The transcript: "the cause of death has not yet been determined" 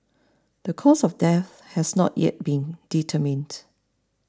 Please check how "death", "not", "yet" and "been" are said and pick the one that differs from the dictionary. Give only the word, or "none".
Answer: none